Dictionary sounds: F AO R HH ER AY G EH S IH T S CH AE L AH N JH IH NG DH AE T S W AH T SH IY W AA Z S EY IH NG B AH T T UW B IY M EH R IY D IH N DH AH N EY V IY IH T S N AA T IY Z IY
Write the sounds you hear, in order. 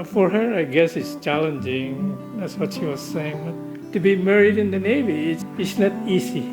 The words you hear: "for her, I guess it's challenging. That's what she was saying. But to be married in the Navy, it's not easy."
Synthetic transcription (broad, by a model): F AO R HH ER AY G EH S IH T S CH AE L AH N JH IH NG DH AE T S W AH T SH IY W AA Z S EY IH NG B AH T T UW B IY M EH R IY D IH N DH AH N EY V IY IH T S N AA T IY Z IY